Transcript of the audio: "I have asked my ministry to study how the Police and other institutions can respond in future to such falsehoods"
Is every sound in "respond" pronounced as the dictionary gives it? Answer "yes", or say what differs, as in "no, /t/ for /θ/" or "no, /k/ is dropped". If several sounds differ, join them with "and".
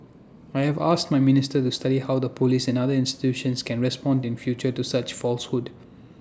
yes